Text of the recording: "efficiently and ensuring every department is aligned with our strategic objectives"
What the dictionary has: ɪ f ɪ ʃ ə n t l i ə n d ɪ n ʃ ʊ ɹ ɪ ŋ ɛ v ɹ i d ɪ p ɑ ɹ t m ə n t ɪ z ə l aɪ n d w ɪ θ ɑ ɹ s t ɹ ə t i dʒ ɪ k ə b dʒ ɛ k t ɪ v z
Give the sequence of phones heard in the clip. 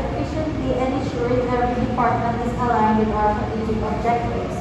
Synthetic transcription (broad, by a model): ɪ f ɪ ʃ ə n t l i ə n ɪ ʃ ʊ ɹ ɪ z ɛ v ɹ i d ɪ p ɑ ɹ t m ə n t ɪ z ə l aɪ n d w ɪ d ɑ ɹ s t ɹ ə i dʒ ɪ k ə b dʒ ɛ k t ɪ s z